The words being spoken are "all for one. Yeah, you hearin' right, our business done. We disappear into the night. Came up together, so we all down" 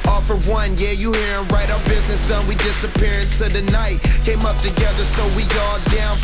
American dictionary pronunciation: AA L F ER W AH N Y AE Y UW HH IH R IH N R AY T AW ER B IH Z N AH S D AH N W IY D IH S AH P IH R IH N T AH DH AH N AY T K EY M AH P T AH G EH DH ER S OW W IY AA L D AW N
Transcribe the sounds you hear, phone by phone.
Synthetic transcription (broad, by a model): AA F ER W AH N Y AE Y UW HH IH R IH N R AY T AW ER B IH Z N AH S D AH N W IY D IH S AH P IH R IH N S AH DH AH N AY T K EY M AH P T AH G EH DH ER S OW W IY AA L D AW N